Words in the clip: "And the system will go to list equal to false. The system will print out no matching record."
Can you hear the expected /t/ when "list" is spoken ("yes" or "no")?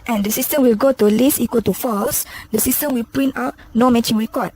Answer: no